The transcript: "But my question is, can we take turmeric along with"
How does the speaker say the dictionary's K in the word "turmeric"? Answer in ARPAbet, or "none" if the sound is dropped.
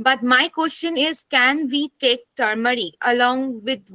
none